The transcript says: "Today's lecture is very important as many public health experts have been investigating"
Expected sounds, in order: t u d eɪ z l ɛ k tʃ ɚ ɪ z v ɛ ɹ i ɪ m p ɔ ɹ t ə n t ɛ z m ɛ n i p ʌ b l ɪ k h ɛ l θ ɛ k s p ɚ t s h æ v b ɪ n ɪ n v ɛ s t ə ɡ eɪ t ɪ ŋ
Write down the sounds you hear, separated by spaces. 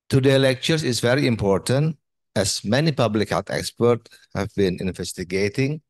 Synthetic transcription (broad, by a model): t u d eɪ l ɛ k tʃ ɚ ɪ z v ɛ ɹ i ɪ m p ɔ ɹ t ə n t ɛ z m ɛ n i p ʌ b l ɪ k h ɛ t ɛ k s p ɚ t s h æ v b ɪ n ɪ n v ɛ s t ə ɡ eɪ t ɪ ŋ